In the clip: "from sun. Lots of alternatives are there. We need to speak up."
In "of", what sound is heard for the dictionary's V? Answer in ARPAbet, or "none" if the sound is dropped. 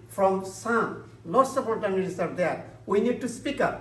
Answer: P